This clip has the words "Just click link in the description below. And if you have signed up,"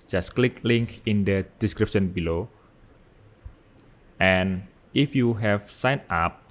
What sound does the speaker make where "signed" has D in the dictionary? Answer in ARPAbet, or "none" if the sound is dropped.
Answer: none